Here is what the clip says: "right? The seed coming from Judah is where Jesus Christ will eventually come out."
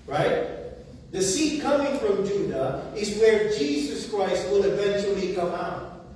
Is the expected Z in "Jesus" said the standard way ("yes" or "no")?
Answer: yes